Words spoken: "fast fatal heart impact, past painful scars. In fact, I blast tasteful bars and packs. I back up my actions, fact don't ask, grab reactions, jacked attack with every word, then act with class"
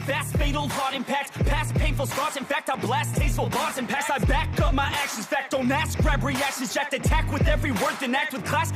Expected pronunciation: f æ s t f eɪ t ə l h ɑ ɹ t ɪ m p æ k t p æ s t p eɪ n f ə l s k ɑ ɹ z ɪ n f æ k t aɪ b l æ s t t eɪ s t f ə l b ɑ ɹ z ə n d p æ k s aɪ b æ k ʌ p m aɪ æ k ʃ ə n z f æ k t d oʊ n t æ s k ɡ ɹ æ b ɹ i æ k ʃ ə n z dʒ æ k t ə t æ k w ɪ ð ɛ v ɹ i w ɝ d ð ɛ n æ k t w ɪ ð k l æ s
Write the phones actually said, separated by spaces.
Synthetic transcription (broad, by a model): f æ s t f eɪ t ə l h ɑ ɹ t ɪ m p æ k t p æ s p eɪ n f l s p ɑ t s ɪ n f æ k t aɪ b l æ s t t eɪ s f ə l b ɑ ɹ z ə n p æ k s aɪ b æ k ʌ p m aɪ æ k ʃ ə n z f æ k t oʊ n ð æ s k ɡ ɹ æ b ɹ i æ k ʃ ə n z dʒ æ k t ə t æ k w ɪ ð ɛ v ɹ i w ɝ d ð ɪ n æ k t w ɪ ð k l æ s